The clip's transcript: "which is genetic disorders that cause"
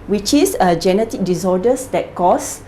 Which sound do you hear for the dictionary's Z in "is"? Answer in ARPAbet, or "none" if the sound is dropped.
S